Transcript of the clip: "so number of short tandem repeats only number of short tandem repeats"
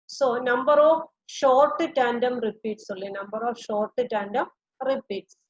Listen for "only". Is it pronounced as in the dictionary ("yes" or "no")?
no